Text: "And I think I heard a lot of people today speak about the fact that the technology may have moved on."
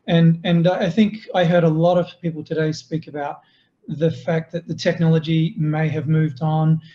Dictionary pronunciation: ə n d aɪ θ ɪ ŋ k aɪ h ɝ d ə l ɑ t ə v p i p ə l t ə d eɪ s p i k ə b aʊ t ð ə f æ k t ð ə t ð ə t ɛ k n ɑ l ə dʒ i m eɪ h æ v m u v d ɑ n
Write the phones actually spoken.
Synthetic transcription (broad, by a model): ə n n aɪ θ ɪ ŋ k aɪ h ɝ d ə l ɑ t ə v p i p l t ə d eɪ s p i k ə b aʊ t ð ə f æ k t ð ə t ð ə t ɛ k n ɑ l ə dʒ i m eɪ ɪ v m u v d n